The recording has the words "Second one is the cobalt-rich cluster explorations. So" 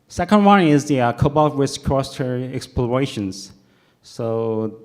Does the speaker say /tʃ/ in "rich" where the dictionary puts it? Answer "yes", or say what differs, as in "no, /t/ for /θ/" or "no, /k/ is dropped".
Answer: no, /s/ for /tʃ/